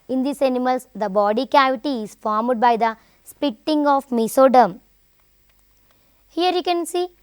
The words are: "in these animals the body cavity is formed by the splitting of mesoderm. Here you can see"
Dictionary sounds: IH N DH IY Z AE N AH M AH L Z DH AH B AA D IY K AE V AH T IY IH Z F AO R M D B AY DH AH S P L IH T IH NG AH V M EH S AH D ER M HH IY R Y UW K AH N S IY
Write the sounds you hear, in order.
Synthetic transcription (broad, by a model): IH N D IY S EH N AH M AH L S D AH B AA D IY K AE V AH T IY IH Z F AO R M D B AY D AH S P IH T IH NG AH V M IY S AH D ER M HH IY R Y UW K AH N S IY